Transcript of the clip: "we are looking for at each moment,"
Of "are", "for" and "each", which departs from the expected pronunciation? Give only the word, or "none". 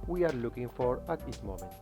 each